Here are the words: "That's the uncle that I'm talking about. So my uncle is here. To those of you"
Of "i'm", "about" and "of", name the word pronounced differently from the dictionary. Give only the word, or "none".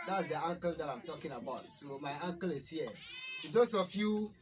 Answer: of